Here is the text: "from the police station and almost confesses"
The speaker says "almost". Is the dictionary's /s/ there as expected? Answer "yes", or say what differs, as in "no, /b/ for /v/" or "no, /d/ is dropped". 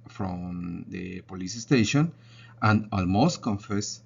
yes